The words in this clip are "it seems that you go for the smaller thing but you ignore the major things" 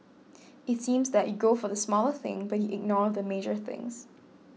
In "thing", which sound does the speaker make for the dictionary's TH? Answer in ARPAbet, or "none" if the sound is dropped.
TH